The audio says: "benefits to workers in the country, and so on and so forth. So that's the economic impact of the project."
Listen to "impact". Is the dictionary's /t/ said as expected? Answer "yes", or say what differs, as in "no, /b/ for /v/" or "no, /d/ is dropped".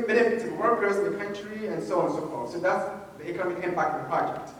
no, /t/ is dropped